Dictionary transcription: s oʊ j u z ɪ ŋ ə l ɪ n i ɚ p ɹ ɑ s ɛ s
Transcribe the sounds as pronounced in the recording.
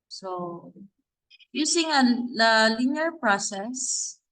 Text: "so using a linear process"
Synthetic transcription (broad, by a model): s oʊ j u s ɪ ŋ ə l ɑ l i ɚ p ɹ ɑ s ɛ s